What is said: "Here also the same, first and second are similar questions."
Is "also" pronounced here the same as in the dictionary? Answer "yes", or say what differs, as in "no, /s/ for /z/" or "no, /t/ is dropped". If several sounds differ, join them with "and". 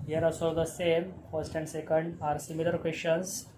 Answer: no, /l/ is dropped